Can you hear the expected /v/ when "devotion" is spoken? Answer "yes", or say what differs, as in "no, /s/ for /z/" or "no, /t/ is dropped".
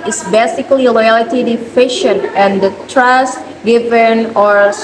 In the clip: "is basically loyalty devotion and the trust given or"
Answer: no, /f/ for /v/